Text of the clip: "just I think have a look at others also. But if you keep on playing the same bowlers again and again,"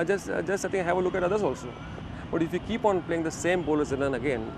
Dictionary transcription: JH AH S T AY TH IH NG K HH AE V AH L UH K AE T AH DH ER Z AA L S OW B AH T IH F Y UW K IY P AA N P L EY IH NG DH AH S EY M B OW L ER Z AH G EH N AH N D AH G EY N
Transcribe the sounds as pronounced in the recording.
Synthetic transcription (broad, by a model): JH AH S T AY S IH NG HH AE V AH L UH K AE T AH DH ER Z AA L S OW B AH T IH F Y UW K IY P AA N P L EY IH NG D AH S EY M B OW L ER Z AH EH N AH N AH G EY N